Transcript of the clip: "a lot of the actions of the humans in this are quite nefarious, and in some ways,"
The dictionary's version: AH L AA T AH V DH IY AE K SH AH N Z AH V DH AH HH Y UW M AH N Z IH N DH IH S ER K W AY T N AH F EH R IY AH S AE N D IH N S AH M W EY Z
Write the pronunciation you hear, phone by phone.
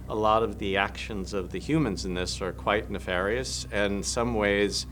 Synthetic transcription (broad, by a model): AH L AA T AH V DH IY AE K SH AH N Z AH V DH AH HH Y UW M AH N Z IH N DH IH S ER K W AY T N AH F EH R IY AH S IH N S AH M W EY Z